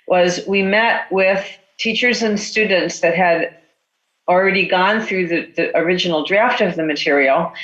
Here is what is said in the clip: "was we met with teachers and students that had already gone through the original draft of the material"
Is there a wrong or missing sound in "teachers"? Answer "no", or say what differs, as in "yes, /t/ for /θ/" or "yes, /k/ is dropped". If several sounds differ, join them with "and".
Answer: no